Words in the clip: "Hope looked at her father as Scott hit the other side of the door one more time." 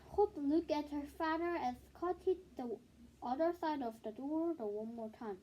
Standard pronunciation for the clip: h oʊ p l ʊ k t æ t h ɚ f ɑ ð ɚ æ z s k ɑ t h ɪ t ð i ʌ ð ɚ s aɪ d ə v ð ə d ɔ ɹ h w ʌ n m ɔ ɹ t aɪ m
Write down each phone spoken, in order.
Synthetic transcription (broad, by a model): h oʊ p l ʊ k æ t h ɚ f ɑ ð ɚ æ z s k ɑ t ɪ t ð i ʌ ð ɚ s aɪ d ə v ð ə d ɔ ɹ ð w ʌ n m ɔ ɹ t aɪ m